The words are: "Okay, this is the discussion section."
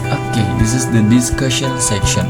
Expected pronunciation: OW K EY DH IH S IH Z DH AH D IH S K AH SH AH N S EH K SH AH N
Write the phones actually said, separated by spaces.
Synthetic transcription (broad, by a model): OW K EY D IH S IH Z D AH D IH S K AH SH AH L S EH K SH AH N